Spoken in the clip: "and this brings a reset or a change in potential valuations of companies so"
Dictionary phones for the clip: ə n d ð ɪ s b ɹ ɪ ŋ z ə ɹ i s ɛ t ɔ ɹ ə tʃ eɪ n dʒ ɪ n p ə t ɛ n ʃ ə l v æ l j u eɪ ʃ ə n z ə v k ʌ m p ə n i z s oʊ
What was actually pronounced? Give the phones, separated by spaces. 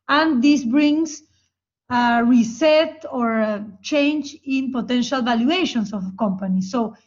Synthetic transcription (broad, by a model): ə n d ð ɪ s b ɹ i ŋ s ə ɹ i s ɛ t ɔ ɹ tʃ eɪ n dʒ ɪ n p ə t ɛ n ʃ ə l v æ l j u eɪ ʃ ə n s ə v k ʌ m p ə n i s oʊ